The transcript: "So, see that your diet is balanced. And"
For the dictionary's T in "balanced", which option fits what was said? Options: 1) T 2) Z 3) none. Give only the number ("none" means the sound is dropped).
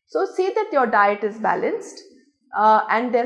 1